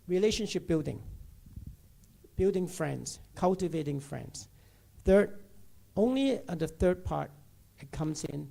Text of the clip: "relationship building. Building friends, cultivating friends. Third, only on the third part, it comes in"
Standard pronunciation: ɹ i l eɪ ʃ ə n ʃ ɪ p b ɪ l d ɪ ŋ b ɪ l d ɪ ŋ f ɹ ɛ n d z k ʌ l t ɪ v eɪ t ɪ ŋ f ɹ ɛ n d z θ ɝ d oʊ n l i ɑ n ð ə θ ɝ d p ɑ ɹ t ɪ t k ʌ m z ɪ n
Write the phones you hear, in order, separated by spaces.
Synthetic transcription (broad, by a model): ɹ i l eɪ ʃ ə n ʃ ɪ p b ɪ l d ɪ ŋ b ɪ l d ɪ ŋ f ɹ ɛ n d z k ʌ l t ɪ v eɪ t ɪ ŋ f ɹ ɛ n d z θ ɝ d oʊ n l i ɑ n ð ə θ ɝ d p ɑ ɹ t ɪ t k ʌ m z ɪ n